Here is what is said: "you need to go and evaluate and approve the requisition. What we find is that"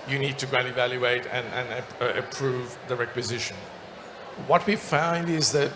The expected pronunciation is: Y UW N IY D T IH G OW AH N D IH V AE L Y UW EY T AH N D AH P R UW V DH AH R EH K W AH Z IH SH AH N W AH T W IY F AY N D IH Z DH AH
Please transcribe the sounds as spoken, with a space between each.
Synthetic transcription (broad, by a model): Y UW N IY D T IH G OW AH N IH V AE L Y UW EY T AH N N AH P R UW V DH AH R EH K W AH Z IH SH AH N W AH T W IY F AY N D IH Z DH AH